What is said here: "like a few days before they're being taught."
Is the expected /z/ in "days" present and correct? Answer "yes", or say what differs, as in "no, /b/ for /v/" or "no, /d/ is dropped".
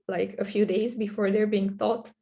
yes